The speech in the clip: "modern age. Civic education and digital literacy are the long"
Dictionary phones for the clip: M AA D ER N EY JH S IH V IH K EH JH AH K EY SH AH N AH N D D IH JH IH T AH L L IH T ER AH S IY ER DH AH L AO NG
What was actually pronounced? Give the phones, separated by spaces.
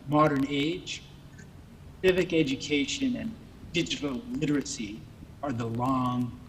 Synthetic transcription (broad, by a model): M AA D ER N EY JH S IH V IH K EH JH AH K EY SH AH N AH N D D IH JH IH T L L IH T ER AH S IY ER DH AH L AO NG